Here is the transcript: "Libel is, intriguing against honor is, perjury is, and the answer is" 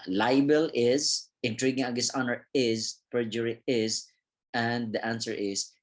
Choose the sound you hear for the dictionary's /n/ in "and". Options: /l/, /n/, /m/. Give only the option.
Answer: /n/